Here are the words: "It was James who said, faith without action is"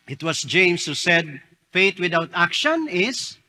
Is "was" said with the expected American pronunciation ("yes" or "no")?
no